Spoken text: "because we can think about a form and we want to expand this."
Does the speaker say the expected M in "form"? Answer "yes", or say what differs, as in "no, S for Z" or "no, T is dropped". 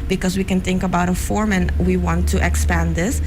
yes